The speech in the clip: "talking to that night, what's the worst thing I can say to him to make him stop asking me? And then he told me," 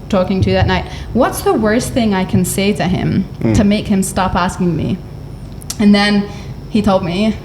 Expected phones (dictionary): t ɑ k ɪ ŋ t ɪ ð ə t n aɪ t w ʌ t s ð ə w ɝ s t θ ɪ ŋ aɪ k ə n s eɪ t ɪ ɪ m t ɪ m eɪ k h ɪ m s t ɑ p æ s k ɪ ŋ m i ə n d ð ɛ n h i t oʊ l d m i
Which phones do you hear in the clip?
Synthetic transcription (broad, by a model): t ɑ k ɪ ŋ t ɪ ð ə t n aɪ t w ʌ t s ð ə w ɝ s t θ ɪ ŋ aɪ k ə n s eɪ t ɪ ɪ m t ɪ m eɪ k h ɪ m s t ɑ p æ s k ɪ ŋ m i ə n ð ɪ n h i t oʊ l d m i